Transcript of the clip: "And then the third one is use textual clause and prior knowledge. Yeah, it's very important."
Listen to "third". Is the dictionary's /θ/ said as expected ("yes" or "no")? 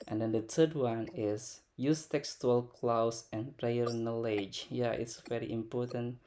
no